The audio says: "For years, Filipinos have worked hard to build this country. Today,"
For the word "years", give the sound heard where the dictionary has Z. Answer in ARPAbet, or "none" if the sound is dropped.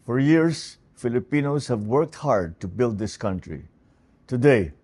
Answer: S